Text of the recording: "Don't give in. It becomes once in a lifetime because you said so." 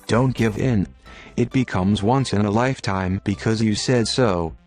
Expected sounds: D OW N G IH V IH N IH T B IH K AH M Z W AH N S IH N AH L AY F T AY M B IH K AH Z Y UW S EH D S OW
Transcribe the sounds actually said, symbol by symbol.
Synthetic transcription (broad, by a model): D OW N G IH V IH N IH T B IH K AH M Z W AH N S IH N AH L AY F T AY M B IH K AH Z Y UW S EH D S OW